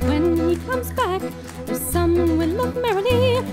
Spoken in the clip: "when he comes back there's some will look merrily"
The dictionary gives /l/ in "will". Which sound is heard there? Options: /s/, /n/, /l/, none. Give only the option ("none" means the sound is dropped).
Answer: /n/